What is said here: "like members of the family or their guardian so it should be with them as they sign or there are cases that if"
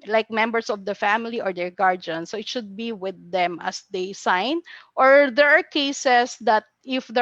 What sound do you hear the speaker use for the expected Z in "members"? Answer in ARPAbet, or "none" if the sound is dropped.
S